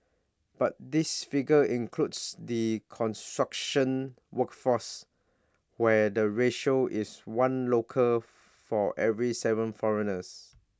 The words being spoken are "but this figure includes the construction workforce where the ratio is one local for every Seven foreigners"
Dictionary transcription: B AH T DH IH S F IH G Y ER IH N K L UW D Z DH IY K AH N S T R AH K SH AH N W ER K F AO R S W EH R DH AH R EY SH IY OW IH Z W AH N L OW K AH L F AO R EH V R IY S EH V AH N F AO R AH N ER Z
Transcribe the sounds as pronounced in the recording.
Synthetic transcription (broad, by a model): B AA T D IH S F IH G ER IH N K L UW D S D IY K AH N S T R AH K SH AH N W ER K F AO S W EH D AH R EY SH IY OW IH S W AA N L OW K AH L F AO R EH V R IY S EH V AH N F AO R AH N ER S